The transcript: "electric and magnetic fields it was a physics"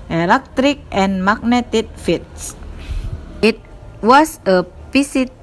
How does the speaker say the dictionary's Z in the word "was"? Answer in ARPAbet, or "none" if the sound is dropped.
S